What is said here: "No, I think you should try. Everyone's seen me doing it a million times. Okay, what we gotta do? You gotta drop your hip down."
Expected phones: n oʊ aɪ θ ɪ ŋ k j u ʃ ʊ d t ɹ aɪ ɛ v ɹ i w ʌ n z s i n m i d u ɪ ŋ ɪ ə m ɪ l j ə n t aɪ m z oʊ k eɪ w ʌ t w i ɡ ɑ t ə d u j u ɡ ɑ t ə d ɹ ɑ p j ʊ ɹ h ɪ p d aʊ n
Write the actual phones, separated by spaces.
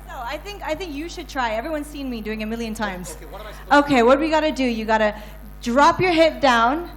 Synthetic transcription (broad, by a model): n oʊ aɪ θ ɪ ŋ k j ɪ ʃ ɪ d t ɹ aɪ ɛ v ɹ i w ʌ n z s i n m i d u ɪ ŋ ɪ m ɪ l j ə n t aɪ m z oʊ k eɪ w ʌ t w i ɡ ɑ t ə d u j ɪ ɡ ɑ t ə d ɹ ɑ p j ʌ ɹ h ɪ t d aʊ n